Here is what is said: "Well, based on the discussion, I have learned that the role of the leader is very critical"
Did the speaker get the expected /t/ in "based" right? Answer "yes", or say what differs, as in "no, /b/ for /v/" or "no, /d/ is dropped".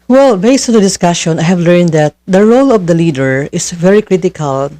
yes